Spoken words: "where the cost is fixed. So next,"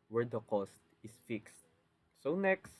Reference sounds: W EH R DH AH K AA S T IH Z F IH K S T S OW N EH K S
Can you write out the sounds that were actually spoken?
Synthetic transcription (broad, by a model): W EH R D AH K AA S T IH S F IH K S T S OW N EH K S